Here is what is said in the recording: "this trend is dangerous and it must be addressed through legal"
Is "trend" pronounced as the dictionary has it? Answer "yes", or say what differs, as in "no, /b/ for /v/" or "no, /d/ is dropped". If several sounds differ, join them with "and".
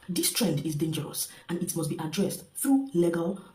yes